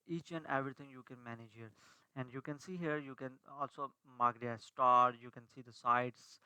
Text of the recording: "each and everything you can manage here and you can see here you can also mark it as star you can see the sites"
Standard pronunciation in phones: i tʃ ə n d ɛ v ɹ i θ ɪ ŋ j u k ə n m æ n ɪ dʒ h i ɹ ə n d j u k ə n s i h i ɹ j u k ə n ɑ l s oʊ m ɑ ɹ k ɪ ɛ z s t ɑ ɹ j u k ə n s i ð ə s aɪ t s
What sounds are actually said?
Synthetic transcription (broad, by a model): i tʃ ə n d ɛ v ɹ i t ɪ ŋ j u k ə n m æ n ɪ dʒ h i ɹ ə n d j u k ə n s i h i ɹ j u k ə n ɑ l s oʊ m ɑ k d ɪ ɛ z s t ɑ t j u k ə n s i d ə s aɪ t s